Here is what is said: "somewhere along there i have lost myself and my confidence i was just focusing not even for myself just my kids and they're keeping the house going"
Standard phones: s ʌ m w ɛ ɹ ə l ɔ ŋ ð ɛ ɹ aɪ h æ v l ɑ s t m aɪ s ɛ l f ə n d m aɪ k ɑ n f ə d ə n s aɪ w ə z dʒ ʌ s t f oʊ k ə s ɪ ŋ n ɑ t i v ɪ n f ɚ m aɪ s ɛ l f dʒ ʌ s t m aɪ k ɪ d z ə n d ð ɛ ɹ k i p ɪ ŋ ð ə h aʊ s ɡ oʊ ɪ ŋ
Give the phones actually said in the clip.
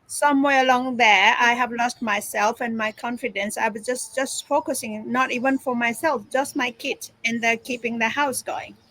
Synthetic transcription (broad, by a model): s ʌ m w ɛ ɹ ə l ɔ ŋ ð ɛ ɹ aɪ h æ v l ɑ s t m aɪ s ɛ l f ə n m aɪ k ɑ n f ə d ə n s aɪ w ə s dʒ ʌ s t f oʊ k ə s ɪ ŋ n ɑ t i v ɪ n f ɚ m aɪ s ɛ l f dʒ ʌ s t m aɪ k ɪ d ə n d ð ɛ k i p ɪ ŋ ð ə h aʊ s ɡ oʊ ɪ ŋ